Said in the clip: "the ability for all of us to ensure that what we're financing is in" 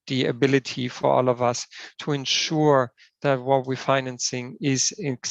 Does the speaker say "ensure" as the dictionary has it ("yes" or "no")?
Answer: yes